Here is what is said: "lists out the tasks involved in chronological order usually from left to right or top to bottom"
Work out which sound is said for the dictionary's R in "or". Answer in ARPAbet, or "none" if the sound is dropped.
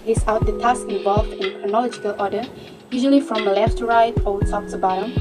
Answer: L